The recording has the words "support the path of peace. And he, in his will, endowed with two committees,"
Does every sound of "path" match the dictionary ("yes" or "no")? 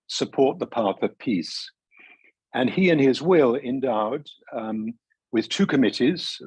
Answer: yes